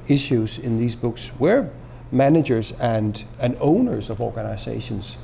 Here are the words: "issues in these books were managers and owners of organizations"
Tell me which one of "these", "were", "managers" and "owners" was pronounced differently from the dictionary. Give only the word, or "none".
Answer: none